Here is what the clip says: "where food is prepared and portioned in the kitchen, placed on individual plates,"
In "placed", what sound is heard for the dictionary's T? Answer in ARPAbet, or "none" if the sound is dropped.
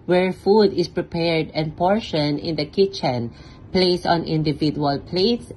none